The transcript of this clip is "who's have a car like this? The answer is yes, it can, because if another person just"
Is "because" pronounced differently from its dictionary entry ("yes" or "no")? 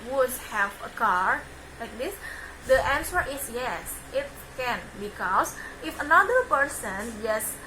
yes